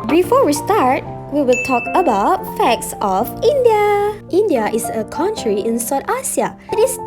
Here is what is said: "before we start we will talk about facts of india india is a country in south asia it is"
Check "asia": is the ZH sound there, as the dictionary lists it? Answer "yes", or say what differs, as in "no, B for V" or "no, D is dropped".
no, S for ZH